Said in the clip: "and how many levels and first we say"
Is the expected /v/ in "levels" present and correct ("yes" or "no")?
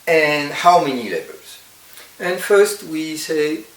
no